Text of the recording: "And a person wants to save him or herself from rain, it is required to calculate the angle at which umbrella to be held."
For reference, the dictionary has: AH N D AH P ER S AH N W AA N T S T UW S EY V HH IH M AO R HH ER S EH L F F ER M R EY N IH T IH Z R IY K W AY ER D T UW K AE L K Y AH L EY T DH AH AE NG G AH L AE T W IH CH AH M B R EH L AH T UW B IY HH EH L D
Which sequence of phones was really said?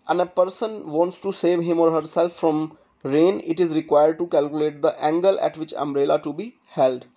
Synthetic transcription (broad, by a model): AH N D AH P ER S AH N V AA N T S T UW S EY V HH IH M AO R HH ER S EH L F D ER M R EY N IH T IH Z R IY K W AY ER D T UW K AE L K Y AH L EY T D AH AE NG G AH L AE T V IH CH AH M R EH L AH T UW B IY HH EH L D